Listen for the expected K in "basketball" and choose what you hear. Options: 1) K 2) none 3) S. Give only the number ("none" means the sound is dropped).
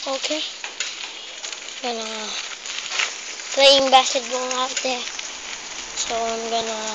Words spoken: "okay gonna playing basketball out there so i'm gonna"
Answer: 2